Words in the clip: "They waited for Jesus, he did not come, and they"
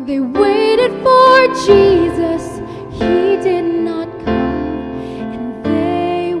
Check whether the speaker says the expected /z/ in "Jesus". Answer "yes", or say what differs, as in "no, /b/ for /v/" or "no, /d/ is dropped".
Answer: yes